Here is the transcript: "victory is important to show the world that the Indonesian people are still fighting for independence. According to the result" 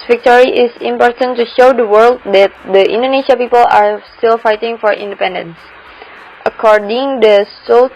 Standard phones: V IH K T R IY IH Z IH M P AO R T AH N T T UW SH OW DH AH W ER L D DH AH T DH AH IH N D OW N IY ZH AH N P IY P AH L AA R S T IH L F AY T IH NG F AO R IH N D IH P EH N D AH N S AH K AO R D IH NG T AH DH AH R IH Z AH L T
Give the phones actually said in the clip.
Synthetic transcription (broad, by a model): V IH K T R IY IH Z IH M P AO R T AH N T T UW SH OW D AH W ER L D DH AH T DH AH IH N D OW N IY SH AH P IY P AH L AA R S T IH L F AY T IH NG F AO R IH N D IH P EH N D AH N S AH K AO R D IH NG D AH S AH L